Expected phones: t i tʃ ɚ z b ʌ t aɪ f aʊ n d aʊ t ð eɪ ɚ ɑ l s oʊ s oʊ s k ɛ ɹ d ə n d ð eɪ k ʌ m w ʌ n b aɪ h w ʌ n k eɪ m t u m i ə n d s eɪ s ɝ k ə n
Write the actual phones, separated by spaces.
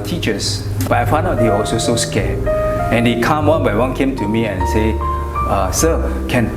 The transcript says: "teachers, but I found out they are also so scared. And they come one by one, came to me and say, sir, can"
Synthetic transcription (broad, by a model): t i tʃ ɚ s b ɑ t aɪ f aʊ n ɔ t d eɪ ɑ l s oʊ s oʊ s k ɛ ə n d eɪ k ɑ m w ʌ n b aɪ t w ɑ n k eɪ m t u m i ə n s eɪ s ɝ k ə n